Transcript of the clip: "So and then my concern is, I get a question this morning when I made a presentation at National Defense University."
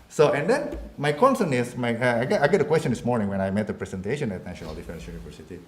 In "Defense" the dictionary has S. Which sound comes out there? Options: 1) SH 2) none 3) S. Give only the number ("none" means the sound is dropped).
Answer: 3